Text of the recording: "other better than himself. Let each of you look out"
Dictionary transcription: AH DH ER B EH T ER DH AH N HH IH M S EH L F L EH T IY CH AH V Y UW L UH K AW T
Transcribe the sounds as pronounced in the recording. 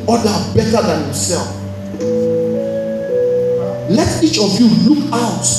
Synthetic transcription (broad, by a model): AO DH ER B EH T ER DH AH N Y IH S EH L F L EH T IY CH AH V Y UW L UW K AW T